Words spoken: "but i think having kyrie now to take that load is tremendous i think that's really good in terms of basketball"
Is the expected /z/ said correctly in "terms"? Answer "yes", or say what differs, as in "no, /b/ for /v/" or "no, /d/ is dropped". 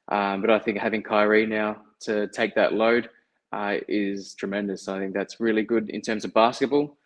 yes